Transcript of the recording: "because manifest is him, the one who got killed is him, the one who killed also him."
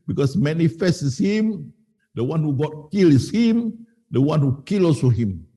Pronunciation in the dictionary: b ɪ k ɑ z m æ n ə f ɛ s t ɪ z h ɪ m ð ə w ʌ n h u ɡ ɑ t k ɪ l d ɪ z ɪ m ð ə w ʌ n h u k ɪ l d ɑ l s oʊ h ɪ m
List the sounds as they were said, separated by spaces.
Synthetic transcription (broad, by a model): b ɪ k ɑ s m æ n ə f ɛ s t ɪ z h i m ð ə w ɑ n h u ɡ ɑ t k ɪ l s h ɪ m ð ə w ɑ n h u k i l ɑ s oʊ h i m